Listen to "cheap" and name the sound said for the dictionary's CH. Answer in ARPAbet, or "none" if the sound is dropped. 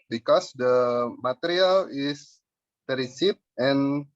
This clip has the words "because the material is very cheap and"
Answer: S